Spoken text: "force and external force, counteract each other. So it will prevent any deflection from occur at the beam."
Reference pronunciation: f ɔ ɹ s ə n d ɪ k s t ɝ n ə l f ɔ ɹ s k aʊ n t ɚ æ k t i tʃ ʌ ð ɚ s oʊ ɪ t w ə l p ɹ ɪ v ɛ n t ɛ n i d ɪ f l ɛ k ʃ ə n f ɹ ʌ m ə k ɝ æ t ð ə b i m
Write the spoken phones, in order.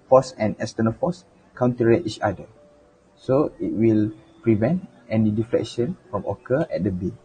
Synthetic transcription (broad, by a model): f ɔ s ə n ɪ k s t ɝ n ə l f ɔ s k aʊ n t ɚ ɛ t i tʃ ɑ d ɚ s oʊ ɪ t w ə l p ɹ ɪ v ɛ n t ɛ n i d ɪ f l ɛ k ʃ ə n f ɹ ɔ m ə k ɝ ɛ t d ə b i